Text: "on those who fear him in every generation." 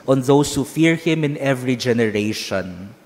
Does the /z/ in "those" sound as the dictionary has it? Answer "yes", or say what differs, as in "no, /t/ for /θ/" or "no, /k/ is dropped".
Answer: no, /s/ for /z/